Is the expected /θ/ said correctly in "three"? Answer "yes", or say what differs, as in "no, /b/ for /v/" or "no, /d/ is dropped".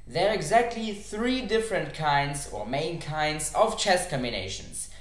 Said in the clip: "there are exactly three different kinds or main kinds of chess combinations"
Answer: yes